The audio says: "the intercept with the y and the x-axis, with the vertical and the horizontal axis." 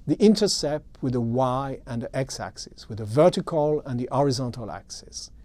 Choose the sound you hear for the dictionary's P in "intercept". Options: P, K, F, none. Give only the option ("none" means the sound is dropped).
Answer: P